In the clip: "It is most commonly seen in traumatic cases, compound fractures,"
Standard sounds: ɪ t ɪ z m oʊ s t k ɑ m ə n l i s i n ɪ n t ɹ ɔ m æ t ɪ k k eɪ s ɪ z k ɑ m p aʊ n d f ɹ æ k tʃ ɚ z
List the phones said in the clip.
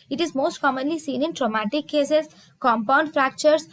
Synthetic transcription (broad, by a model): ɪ t ɪ z m oʊ s t k ɑ m ə n l i s i n ɪ n t ɹ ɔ m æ t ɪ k k eɪ s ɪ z k ɑ m p aʊ n d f ɹ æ k tʃ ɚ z